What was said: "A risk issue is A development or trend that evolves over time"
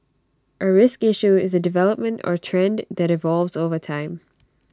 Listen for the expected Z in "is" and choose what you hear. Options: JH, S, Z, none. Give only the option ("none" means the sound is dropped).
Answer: Z